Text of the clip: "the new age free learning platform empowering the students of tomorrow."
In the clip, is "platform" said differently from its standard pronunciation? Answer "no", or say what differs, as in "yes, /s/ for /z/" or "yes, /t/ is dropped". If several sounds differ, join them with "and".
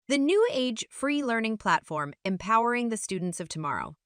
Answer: no